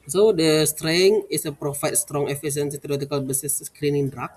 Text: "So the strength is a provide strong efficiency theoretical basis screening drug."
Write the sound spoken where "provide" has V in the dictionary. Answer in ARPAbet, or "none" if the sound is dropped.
F